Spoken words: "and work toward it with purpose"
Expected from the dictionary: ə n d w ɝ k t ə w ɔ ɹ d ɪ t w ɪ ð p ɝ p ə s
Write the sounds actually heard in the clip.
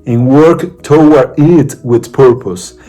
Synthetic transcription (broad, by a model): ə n w ɝ k t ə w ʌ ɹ ɪ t w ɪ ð p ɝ p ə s